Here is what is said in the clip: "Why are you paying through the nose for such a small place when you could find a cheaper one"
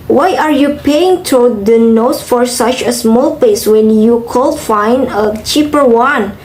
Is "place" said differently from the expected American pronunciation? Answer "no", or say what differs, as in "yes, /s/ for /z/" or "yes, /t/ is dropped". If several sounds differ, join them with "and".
yes, /l/ is dropped